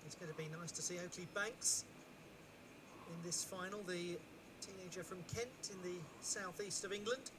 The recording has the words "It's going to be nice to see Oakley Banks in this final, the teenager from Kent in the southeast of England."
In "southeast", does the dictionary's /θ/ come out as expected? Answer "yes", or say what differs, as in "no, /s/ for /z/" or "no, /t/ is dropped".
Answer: yes